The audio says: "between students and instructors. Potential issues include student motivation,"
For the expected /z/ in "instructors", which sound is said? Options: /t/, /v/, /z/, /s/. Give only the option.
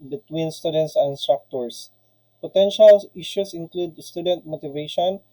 /s/